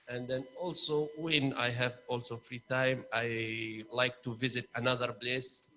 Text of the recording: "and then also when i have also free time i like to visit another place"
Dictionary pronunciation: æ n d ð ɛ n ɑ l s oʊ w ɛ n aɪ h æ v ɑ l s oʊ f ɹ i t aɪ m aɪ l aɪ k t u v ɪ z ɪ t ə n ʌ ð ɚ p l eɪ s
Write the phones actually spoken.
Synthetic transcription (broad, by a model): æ n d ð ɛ n ɑ l s oʊ w ɛ n aɪ h æ v ɑ l s oʊ f ɹ i t aɪ m aɪ l aɪ k t u v ɪ z ɪ t ə n ʌ ð ɚ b l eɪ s